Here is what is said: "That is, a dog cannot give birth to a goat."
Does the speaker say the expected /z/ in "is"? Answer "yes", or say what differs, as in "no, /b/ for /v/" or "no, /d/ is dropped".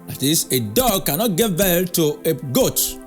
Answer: no, /s/ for /z/